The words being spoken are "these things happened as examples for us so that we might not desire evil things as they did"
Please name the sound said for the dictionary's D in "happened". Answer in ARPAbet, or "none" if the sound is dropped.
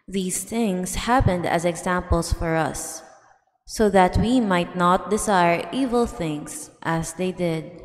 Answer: D